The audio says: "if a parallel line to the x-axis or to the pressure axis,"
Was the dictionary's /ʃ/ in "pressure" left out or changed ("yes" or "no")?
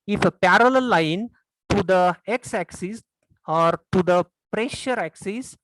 no